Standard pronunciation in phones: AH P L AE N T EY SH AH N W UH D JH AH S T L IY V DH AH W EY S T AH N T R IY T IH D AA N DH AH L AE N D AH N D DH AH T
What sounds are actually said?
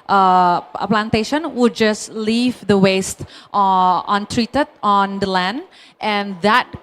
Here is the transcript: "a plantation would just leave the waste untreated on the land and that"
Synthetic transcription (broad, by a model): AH P L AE N T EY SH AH N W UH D JH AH S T L IY V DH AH W EY S T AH N T R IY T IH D AA N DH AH L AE N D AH N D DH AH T